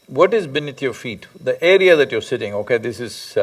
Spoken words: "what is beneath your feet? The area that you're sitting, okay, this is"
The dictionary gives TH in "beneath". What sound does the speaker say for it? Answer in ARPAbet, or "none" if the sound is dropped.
T